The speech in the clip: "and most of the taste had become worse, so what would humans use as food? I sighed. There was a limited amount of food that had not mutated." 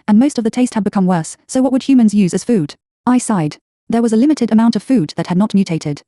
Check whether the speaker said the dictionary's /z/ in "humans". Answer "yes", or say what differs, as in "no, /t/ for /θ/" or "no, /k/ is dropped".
yes